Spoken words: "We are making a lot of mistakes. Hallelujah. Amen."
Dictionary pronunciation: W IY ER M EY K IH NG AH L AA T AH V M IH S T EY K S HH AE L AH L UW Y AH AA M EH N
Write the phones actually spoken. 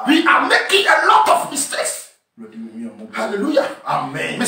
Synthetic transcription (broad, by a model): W IY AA M EY K IH NG AH L AA T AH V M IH S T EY S HH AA L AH L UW Y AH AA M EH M